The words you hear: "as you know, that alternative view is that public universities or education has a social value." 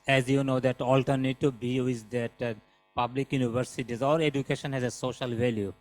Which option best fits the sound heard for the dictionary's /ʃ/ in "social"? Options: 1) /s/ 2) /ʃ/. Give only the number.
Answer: 2